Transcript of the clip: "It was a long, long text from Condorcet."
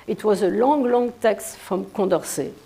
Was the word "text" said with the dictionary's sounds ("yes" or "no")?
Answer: yes